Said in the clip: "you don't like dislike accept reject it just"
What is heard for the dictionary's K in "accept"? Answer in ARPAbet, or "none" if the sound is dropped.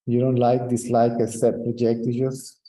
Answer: none